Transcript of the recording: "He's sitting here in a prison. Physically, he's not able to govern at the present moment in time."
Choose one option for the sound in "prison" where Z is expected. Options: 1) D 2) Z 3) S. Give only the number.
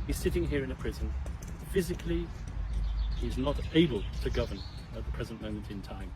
2